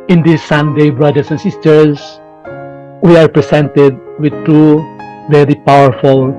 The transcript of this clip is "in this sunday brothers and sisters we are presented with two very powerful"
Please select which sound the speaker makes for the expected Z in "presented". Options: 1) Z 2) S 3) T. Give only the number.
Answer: 2